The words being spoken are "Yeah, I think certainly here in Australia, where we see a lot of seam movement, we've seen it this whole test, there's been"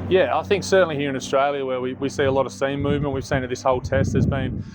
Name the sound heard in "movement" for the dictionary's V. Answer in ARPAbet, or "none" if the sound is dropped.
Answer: V